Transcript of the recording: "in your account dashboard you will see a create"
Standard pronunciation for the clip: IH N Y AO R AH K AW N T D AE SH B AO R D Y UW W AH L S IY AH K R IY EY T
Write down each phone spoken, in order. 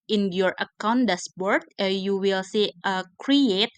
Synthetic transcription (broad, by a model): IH N Y AO R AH K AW N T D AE S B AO R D Y UW W AH L S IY AH K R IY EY T